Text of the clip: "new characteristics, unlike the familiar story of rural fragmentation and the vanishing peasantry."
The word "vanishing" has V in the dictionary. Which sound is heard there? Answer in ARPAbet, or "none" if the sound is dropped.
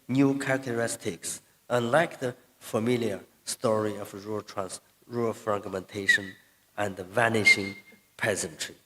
V